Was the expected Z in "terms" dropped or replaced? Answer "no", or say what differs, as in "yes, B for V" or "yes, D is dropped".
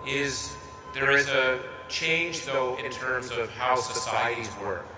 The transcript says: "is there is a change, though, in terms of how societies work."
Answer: no